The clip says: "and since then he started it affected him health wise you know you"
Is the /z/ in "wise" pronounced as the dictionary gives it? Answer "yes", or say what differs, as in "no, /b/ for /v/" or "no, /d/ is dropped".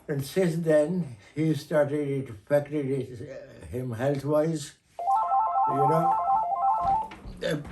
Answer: yes